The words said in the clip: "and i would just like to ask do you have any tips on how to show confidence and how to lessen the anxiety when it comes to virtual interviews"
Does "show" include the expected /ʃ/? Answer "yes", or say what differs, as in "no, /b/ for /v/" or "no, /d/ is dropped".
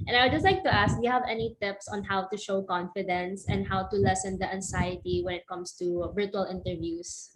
yes